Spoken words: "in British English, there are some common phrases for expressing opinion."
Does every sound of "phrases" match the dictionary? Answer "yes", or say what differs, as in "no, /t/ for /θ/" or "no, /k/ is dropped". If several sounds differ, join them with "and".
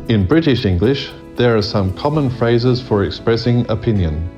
yes